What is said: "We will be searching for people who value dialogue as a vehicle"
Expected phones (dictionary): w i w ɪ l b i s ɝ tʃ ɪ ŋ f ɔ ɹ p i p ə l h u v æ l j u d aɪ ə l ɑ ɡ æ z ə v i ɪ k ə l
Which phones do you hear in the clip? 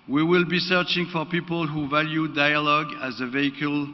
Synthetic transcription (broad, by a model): w i w ɪ l b i s ɝ tʃ ɪ ŋ f ɔ ɹ p i p ə l h u v æ l j u d aɪ ə l ɑ ɡ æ z ə v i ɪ k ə l